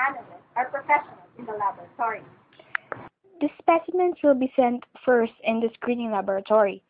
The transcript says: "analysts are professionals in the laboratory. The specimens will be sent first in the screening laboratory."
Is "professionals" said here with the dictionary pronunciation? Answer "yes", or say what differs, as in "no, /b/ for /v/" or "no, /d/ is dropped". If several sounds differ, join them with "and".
no, /z/ is dropped